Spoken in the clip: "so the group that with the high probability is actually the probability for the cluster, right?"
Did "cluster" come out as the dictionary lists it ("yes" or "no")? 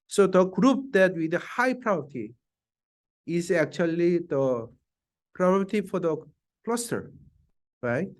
yes